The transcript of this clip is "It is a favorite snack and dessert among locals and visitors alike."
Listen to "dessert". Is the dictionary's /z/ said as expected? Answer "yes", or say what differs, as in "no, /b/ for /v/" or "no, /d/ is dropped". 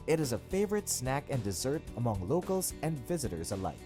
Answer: yes